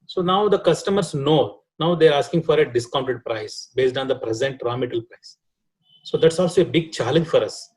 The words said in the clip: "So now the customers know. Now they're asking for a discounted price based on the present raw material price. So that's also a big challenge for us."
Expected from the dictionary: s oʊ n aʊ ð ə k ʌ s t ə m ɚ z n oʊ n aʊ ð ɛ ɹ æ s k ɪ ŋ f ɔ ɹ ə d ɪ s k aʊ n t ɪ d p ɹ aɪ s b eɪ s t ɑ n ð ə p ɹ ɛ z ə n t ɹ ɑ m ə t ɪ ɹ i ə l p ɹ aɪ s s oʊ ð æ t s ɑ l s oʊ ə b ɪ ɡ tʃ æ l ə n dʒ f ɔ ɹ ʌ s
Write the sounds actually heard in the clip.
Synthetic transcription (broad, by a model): s oʊ n aʊ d ə k ʌ s t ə m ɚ s n oʊ n aʊ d ɛ ɹ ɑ s k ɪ ŋ f ɔ ɹ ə d ɪ s k aʊ n t ɪ d p ɹ aɪ s b eɪ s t ɑ n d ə p ɹ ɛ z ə n t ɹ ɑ m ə t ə l p ɹ aɪ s s oʊ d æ t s ɑ l s oʊ ə b ɪ ɡ tʃ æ l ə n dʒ f ɔ ɹ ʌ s